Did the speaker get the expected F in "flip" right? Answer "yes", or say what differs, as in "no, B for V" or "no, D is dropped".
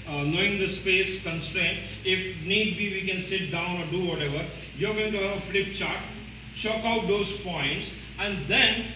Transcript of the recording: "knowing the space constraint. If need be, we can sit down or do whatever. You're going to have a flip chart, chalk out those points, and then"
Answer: yes